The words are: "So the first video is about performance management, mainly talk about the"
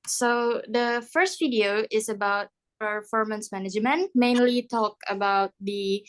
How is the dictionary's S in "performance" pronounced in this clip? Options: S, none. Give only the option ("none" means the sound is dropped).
S